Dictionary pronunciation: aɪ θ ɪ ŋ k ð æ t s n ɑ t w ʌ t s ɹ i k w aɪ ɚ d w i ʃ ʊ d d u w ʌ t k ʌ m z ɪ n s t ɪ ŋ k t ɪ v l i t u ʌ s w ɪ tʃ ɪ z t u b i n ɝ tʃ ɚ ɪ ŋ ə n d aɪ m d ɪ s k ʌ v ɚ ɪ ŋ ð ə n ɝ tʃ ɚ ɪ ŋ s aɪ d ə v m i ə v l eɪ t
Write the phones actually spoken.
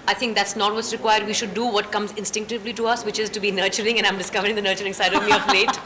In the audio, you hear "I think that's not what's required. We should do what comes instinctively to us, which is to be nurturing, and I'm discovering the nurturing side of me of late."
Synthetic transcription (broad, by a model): aɪ t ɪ ŋ k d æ t s n ɑ t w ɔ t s ɹ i k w aɪ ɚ d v i ʃ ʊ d d u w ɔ t k ʌ m z ɪ n s t ɪ ŋ k t ɪ v l i t u ʌ s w ɪ tʃ ɪ z t u b i n ɝ tʃ ɚ ɪ ŋ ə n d aɪ m d ɪ s k ʌ v ɚ ɪ ŋ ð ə n ɝ tʃ ɚ ɪ ŋ s aɪ d ə v m i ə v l eɪ t